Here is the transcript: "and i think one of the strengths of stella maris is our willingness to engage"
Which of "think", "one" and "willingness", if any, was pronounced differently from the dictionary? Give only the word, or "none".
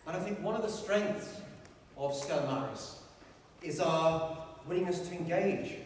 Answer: willingness